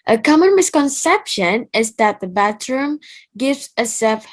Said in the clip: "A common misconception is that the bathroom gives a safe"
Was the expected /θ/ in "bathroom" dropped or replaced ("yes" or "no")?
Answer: yes